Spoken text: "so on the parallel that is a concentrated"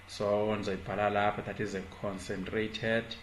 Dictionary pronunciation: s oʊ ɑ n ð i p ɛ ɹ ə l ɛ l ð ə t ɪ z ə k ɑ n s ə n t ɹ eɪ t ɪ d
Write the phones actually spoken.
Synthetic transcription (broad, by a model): s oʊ ɑ n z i b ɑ l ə l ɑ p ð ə t ɪ z ə k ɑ n s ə n t ɹ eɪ t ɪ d